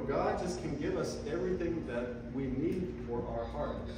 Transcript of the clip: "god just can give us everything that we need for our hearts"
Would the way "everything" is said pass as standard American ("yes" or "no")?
yes